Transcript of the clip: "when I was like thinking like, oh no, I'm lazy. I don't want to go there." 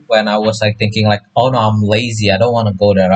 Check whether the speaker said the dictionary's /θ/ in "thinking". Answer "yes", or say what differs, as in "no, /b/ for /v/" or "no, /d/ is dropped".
yes